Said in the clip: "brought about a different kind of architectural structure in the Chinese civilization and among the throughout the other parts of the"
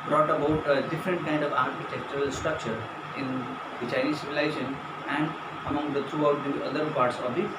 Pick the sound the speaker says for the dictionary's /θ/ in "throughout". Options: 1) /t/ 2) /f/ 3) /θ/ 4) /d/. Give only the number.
1